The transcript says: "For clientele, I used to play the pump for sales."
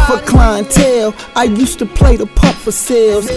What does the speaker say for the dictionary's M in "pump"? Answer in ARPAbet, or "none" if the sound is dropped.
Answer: none